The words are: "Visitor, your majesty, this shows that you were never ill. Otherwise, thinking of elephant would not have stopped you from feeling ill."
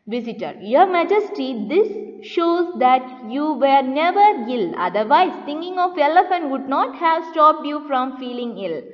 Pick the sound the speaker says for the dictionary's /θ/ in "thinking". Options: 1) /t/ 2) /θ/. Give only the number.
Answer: 1